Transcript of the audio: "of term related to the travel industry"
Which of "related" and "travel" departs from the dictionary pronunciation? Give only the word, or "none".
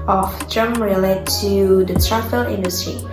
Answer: travel